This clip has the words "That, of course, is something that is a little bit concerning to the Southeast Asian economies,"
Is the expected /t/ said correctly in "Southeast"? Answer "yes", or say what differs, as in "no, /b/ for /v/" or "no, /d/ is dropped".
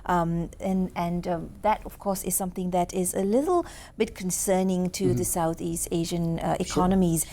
yes